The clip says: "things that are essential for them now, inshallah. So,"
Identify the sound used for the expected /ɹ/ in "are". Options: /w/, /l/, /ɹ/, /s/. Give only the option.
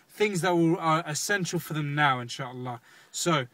/l/